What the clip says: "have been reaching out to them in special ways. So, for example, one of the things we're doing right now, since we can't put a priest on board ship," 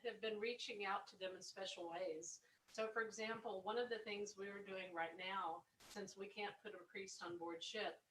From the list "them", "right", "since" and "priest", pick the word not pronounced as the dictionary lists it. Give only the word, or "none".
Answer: none